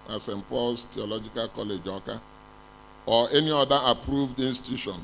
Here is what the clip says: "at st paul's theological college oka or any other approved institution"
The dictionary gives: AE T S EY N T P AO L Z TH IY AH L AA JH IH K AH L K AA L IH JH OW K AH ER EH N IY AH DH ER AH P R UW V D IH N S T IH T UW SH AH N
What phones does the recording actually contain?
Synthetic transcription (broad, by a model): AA S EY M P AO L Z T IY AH L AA JH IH K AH L K AA L IH JH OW K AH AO EH N IY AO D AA AH P R UW V D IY N S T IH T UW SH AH N